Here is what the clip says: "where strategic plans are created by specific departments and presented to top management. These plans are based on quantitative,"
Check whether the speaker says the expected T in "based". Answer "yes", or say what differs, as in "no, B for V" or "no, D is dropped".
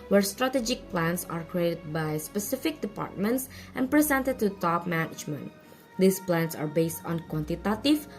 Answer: yes